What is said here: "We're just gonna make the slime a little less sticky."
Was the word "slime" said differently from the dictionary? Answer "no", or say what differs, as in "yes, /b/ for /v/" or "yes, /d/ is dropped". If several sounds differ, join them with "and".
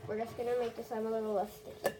yes, /l/ is dropped